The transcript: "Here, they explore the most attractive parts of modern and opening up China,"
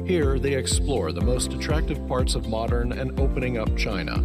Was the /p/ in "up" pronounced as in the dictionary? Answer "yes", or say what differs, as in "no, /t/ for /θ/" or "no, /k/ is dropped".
yes